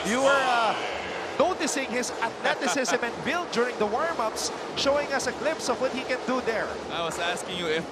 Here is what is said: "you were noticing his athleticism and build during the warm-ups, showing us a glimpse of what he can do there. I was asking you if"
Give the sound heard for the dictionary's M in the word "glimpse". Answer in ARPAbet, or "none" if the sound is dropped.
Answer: none